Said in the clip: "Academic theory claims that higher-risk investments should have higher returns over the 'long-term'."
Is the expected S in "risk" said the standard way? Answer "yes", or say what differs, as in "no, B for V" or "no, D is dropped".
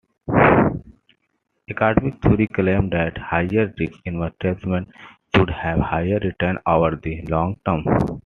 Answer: no, S is dropped